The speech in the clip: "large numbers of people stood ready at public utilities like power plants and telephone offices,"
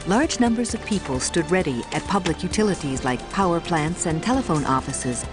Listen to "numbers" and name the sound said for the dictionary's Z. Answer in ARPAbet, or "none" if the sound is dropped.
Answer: Z